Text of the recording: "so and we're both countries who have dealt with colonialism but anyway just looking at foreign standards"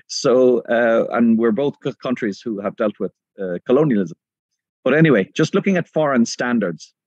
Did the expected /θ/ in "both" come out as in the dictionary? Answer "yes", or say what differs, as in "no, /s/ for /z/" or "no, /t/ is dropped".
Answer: yes